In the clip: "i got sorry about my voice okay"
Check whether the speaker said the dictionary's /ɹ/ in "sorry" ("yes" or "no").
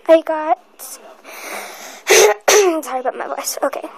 no